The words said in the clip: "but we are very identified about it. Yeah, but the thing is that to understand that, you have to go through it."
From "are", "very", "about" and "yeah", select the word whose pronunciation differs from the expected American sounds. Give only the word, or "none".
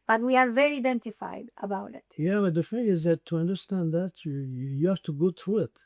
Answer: none